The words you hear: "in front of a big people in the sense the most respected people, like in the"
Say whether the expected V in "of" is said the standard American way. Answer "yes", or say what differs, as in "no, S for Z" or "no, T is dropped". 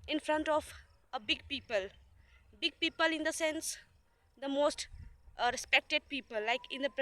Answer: no, P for V